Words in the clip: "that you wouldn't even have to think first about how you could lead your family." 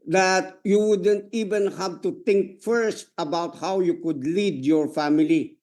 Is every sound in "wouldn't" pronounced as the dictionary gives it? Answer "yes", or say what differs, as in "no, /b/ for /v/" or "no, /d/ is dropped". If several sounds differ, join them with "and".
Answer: yes